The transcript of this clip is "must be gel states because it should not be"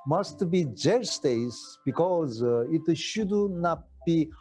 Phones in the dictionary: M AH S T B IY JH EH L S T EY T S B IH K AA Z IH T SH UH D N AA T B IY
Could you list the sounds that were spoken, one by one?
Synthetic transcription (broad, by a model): M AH S T B IY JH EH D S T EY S B IH K AA Z IH T SH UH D N AA T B IY